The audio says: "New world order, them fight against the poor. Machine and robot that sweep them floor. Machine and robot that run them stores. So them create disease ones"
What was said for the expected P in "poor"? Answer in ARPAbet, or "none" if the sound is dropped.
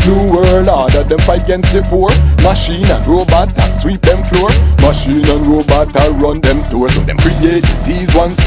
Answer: F